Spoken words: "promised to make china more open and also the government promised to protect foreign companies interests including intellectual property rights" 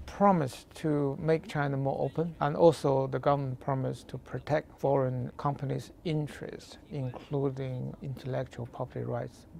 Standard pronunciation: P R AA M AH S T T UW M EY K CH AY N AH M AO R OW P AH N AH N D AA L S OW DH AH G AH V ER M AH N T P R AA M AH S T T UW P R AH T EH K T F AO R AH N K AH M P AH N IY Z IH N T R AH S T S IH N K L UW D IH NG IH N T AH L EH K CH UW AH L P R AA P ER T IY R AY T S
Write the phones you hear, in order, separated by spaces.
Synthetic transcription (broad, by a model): P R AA M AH S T T UW M EY K CH AY N AH M AO R OW P AH N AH N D AA L S OW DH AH G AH V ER M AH N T P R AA M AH S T T UW P R AH T EH K T F AO R AH N K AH M P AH N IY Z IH N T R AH S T IH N K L UW D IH NG IH N T AH L EH K CH UW AH L P AA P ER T IY R AY T S